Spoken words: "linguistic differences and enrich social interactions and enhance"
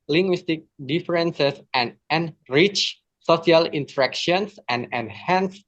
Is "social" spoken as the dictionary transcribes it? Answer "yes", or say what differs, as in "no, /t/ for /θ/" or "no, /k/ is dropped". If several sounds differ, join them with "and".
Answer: no, /s/ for /ʃ/